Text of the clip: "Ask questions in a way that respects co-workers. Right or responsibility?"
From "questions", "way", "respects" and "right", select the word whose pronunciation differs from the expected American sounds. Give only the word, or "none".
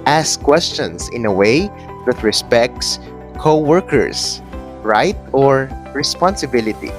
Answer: questions